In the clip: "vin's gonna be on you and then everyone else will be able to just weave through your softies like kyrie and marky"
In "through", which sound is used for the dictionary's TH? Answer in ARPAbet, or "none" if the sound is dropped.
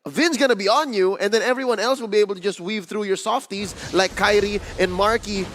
TH